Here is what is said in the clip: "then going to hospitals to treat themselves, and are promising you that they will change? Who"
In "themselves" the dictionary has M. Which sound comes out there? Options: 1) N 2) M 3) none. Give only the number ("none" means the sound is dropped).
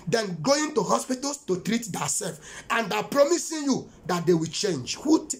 3